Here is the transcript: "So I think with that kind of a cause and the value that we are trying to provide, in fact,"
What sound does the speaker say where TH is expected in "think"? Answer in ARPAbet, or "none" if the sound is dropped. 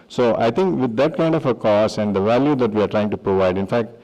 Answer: T